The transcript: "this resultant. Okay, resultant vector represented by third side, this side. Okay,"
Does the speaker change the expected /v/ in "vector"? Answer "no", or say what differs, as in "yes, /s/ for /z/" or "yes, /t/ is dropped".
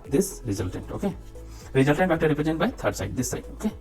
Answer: yes, /b/ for /v/